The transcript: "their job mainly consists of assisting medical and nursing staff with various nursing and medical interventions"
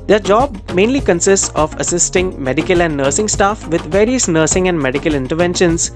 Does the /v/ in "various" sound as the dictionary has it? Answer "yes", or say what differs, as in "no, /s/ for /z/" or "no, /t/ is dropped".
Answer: yes